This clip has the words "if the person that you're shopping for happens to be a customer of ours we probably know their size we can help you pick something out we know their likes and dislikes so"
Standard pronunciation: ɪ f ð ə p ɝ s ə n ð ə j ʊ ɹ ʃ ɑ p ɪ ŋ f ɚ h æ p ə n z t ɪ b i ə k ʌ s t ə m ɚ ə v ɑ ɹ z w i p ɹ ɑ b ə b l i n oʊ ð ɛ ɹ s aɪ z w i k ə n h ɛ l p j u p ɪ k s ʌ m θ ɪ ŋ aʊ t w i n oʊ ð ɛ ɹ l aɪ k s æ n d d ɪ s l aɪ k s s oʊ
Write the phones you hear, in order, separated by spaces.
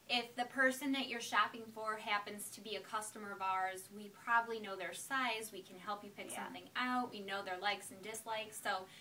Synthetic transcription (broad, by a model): ɪ f ð ə p ɝ s ə n ð ə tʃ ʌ ɹ ʃ ɑ p ɪ ŋ f ɚ h æ p ə n z t ɪ b i ə k ʌ s t ə m ɚ ə v ɑ ɹ z w i p ɹ ɑ b ə b l i n oʊ ð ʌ ɹ s aɪ z w i k ə n h ɛ l p j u p ɪ k s ʌ m θ ɪ ŋ aʊ t w i n oʊ ð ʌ ɹ l aɪ k s n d d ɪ s l aɪ k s s oʊ